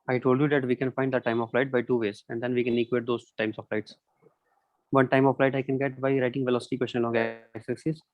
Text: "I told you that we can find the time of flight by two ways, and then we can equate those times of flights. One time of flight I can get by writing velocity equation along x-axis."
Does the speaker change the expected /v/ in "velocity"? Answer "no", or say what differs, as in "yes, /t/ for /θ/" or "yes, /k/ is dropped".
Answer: no